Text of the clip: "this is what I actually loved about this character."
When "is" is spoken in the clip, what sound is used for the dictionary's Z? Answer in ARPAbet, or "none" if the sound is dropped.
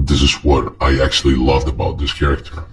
Z